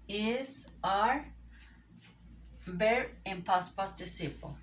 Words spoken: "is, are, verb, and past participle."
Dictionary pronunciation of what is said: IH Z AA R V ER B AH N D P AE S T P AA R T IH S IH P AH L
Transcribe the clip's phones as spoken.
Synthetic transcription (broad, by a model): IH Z AA R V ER AH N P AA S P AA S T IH S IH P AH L